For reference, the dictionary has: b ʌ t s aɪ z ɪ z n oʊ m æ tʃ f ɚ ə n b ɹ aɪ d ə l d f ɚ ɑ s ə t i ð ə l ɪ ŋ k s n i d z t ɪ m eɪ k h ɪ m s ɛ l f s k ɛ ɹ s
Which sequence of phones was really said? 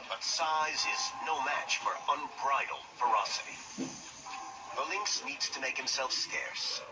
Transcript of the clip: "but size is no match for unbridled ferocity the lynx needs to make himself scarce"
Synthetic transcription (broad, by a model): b ʌ t s aɪ z ɪ z n oʊ m æ tʃ f ɚ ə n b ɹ aɪ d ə l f ɚ ɑ s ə t i ð ə l ɪ ŋ k s n i d z t ɪ m eɪ k h ɪ m s ɛ l f s k ɛ ɹ s